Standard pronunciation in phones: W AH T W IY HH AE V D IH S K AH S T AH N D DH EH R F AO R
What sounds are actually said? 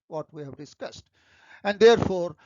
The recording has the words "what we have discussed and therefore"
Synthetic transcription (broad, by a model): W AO T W IY HH AE V D IH S K AH S T AH N D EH R F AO R